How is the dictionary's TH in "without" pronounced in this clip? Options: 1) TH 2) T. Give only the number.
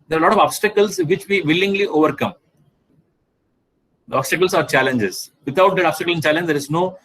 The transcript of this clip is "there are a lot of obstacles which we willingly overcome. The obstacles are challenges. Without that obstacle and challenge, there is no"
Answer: 2